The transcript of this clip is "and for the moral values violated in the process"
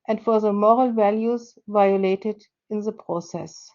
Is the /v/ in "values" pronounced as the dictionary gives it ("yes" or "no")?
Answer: yes